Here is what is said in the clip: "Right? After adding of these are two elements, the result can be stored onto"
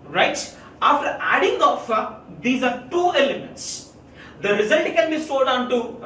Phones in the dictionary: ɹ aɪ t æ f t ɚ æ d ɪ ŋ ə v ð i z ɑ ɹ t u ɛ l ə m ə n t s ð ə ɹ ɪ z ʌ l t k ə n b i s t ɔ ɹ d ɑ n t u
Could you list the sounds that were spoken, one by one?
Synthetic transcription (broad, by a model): ɹ aɪ t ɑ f t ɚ æ d ɪ ŋ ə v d i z ɑ ɹ t u ɛ l ə m ə n t s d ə ɹ ɪ z ʌ l t k ə n b i s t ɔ l d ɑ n t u